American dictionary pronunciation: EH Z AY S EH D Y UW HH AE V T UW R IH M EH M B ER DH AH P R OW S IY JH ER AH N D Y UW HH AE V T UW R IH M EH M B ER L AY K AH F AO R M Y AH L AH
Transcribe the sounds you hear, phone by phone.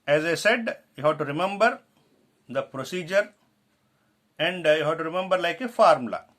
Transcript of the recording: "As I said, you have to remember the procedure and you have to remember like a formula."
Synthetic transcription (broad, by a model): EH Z AY S EH D Y UW HH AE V T UW R IH M EH M B ER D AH P R OW S IY JH ER AH N D Y UW HH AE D T UW R IH M EH M B ER L AY K AH F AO R M L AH